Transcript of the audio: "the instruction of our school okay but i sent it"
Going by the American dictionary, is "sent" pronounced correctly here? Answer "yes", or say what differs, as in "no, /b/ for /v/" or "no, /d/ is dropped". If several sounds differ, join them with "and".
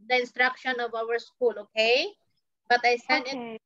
no, /t/ is dropped